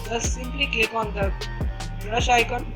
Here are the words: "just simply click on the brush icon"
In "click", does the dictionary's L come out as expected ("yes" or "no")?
no